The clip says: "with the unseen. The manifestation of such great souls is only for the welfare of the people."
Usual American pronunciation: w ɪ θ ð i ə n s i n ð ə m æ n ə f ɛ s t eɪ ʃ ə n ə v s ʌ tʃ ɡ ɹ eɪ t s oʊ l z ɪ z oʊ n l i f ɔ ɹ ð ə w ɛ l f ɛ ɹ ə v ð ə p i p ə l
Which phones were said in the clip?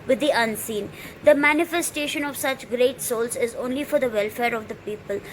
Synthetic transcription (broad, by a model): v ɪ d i ə n s i n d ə m æ n ə f ɛ s t eɪ ʃ ə n ə v s ʌ tʃ ɡ ɹ eɪ t s oʊ l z ɪ z oʊ n l i f ɔ ɹ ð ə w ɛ l f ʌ ɹ ə v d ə p i p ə l